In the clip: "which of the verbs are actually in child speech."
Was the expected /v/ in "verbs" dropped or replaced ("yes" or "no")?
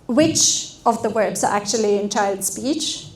yes